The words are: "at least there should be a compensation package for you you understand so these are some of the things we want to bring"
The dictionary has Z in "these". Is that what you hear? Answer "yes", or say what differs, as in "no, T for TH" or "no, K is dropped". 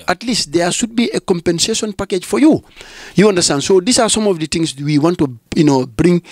no, S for Z